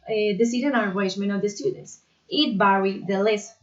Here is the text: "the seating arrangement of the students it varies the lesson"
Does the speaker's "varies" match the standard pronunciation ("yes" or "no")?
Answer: no